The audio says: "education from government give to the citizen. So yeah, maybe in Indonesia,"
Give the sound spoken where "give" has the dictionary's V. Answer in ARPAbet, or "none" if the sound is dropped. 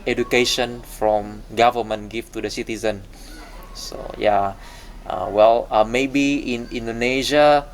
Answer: F